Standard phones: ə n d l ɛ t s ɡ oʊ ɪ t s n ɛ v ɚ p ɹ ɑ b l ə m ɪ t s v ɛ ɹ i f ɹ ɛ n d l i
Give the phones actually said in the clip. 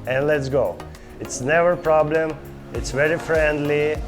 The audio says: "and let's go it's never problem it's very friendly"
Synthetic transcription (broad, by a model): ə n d l ɛ t s ɡ oʊ ɪ t s n ɛ v ɚ p ɹ ɑ b l ə m ɪ t s v ɛ ɹ i f ɹ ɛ n d l i